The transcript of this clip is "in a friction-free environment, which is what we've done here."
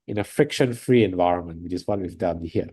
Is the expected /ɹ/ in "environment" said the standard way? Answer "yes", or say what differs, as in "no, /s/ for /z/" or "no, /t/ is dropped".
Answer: yes